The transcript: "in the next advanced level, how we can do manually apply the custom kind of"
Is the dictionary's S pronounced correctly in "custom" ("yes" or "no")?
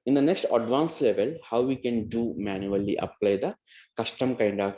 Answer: no